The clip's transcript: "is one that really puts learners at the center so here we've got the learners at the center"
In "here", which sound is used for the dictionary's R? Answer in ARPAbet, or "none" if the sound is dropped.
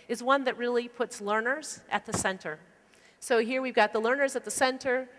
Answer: R